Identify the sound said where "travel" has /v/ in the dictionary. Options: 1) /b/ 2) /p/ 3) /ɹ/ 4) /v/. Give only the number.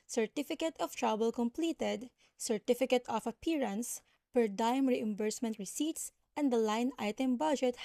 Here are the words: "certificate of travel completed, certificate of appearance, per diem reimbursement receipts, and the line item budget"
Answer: 1